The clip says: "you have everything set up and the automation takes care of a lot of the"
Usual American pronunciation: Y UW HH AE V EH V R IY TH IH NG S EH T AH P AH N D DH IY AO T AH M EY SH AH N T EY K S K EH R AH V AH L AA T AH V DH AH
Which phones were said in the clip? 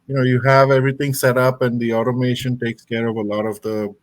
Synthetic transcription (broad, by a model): Y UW HH AE V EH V R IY T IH NG S EH T AH P AH N D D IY AO T AH M EY SH AH N T EY K S K EH R AH V AH L AA T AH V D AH